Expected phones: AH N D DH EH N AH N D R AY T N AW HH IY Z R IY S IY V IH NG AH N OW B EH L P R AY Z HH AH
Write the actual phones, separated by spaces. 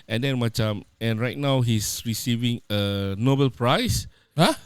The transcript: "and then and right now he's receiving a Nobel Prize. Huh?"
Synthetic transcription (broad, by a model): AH N D EH N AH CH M R AY T N AW HH IY S R IY S IY V IH NG AH N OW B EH L P R AY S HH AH